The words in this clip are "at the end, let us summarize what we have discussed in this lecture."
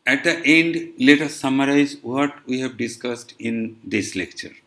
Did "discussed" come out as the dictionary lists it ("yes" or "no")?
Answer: yes